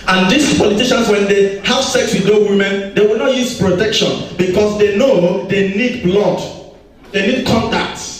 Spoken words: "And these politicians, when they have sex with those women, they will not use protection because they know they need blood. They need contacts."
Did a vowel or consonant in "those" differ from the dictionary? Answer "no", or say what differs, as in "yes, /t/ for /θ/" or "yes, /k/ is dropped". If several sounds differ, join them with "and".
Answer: yes, /z/ is dropped